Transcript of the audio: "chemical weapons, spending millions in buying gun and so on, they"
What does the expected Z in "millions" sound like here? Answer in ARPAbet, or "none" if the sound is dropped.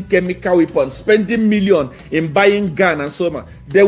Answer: none